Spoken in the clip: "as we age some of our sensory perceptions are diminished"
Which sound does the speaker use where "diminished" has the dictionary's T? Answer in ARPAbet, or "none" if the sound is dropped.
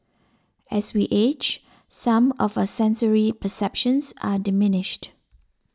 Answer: T